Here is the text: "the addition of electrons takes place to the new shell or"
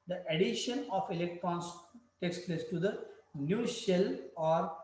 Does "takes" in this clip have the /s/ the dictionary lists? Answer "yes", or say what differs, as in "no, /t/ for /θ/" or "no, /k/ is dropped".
yes